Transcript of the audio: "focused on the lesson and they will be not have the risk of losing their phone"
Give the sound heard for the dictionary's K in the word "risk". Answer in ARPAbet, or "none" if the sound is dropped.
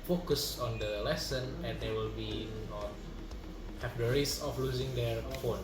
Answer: none